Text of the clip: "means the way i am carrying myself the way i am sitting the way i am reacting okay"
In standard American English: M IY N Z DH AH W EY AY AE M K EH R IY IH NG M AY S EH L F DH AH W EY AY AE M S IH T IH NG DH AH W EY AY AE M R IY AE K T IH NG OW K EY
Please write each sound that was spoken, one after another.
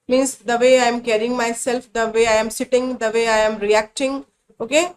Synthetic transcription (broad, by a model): M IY N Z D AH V EY AY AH M K EH R IY IH NG M AY S EH L F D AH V EY AY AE M S IH T IH NG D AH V EY AY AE M R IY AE K T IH NG OW K EY